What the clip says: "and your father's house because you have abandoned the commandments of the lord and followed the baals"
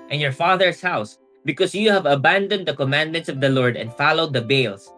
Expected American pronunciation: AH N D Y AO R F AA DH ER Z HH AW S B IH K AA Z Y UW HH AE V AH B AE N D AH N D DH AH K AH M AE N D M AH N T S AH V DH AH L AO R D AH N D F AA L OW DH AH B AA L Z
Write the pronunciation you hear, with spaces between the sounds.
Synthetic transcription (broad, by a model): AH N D Y AO R F AA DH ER S HH AW S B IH K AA S Y UW HH AE V AH B AE N D AH N D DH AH K AH M AE N D M AH N T S AH V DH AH L AO R D AH N D F AA L OW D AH B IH L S